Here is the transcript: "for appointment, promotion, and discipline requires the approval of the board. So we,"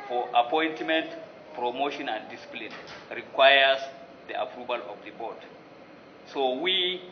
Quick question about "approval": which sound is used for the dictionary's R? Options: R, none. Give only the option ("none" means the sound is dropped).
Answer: R